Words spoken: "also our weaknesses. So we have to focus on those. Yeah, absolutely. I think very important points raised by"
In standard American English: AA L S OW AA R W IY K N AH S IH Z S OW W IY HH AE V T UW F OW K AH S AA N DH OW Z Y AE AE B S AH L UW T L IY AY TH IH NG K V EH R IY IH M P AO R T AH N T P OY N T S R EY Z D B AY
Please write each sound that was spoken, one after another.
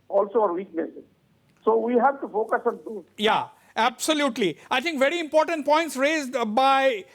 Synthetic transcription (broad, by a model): AA L S OW AA R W IY K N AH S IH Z S OW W IY HH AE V T UW F OW K AH S AA N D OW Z Y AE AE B S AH L UW T L IY AY T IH NG K V EH R IY IH M P AO R T AH N T P OY N T S R EY Z D B AY